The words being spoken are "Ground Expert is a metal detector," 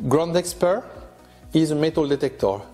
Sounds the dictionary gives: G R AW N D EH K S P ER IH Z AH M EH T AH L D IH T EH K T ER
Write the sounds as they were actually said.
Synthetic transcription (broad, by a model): G R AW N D EH K S P ER IH Z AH M EH T AH L D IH T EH K T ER